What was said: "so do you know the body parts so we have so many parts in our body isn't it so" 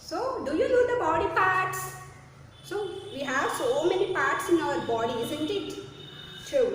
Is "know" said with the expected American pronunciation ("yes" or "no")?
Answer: no